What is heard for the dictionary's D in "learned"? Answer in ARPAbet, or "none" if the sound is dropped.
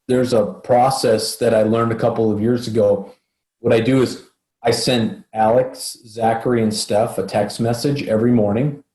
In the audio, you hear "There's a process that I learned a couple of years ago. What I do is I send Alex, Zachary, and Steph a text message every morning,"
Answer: D